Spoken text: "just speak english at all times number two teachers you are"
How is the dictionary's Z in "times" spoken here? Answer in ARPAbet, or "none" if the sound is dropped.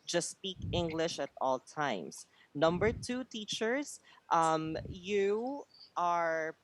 S